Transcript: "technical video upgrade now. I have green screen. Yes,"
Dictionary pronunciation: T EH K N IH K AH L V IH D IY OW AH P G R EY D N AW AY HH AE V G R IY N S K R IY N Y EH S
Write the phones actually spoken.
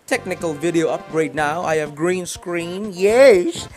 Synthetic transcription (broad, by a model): T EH K N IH K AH L V IH D IY OW AH P G R EY D N AW AY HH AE V G R IY N S K R IY N Y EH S